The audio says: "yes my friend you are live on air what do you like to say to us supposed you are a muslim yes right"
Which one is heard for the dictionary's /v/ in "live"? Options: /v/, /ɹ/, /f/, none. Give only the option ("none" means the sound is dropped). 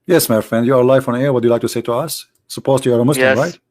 /f/